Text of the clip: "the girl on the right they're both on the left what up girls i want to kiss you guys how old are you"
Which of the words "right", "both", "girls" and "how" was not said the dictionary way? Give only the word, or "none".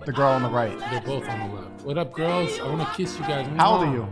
none